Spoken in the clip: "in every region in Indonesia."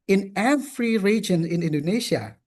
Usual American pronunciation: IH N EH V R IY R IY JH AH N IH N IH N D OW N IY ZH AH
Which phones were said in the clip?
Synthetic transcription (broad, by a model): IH N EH F R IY R IY JH AH N IH N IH N D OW N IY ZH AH